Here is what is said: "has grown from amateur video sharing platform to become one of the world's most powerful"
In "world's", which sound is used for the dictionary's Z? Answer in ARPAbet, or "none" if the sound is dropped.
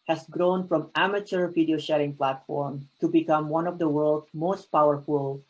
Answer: none